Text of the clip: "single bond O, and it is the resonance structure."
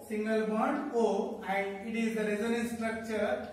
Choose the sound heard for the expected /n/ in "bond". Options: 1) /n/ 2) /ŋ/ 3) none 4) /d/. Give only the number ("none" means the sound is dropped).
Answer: 3